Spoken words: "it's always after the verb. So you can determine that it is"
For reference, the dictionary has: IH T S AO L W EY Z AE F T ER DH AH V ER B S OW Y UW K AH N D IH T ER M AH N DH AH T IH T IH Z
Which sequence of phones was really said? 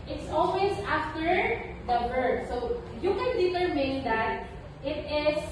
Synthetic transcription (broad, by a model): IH T S AO L W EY S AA F T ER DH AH B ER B S OW Y UW K AH N D IH T ER M AH N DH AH T IH T IH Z